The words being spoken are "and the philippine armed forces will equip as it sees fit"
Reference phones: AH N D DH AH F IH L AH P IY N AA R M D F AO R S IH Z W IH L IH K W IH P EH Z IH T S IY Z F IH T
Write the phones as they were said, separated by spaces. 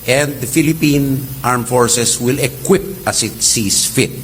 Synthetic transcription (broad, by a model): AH N D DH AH F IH L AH P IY N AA R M F AO R S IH S W IH L IH K W IH P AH S IH T S IY S F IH T